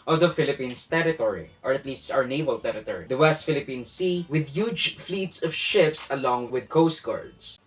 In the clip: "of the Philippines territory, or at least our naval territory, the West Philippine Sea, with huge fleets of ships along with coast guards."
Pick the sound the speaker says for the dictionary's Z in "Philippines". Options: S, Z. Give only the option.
S